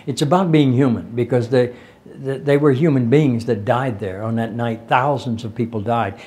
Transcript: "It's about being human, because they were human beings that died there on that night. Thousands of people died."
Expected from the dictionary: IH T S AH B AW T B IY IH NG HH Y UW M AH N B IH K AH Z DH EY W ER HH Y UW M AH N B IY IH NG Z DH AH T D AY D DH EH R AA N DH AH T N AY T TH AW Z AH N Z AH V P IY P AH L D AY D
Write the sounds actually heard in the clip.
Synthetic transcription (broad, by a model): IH T S AH B AW T B IY IH NG HH Y UW M AH N B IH K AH Z DH EY W ER HH Y UW M AH N B IY IH NG Z DH AH T D AY D DH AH R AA N DH AH T N AY T TH AW Z AH N Z AH V P IY P L D AY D